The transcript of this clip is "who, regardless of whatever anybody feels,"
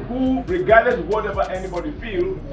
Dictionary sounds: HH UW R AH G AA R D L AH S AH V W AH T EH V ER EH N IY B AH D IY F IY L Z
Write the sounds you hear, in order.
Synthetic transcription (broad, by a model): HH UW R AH G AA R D AH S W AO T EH V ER EH N IY B AH D IY F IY L